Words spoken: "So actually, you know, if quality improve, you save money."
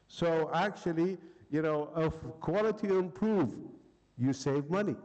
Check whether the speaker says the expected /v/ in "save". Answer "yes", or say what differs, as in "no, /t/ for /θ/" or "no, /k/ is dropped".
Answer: yes